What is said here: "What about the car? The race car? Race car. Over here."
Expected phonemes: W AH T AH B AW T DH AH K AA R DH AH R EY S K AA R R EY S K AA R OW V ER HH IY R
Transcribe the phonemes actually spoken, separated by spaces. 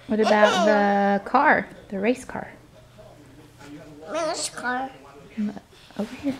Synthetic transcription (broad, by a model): W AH T AH B AW T DH AH K AA R DH AH R EY S K AA R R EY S K AA R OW UH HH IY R